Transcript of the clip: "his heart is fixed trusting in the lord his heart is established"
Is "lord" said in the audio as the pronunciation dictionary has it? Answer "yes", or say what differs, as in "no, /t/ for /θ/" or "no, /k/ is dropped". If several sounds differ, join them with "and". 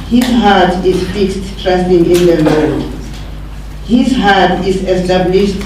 no, /l/ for /ɹ/